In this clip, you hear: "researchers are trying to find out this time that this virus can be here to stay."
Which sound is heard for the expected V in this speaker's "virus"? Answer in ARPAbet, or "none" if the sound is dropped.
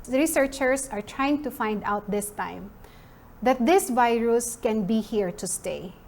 V